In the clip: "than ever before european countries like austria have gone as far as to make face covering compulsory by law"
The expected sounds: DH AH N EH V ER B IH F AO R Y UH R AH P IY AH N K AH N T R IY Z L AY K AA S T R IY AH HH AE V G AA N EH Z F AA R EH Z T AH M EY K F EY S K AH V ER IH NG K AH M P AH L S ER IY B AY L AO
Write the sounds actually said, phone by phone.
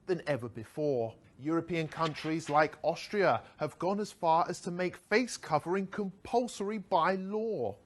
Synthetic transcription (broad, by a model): DH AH N EH V ER B IH F AO R Y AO R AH P IY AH N K AH N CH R IY Z L AY K AA S T R IY AH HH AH V G AA N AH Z F AA R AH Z T AH M EY K F EY S K AH V ER IH NG K AH M P AH L S ER IY B AY L AO